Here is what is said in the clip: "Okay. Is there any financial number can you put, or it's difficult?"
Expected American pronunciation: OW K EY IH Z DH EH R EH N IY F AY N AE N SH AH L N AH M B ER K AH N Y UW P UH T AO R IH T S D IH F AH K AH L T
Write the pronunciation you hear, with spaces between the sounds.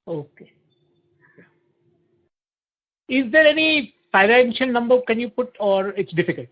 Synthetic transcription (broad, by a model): OW K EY IH Z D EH R EH N IY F AY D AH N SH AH N N AH M B ER K AH N Y UW P UH T AO R IH T S D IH F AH K AH L T